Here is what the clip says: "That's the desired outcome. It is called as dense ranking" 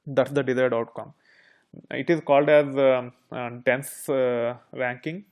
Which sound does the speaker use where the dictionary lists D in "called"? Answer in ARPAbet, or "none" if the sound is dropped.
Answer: D